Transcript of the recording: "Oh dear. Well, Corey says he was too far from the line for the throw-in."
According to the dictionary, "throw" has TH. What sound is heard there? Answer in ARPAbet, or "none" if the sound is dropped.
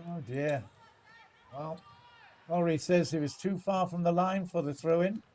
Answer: TH